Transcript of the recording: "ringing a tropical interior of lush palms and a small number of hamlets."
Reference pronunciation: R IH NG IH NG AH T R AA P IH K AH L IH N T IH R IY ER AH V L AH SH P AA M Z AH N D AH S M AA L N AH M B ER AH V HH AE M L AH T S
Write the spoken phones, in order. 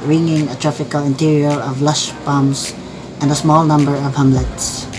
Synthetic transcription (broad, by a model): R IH NG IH NG AH T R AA F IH K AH L IH N T IH R IY ER AH V L AH SH B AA M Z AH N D AH S M AA L N AH M B ER AH V HH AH M L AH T S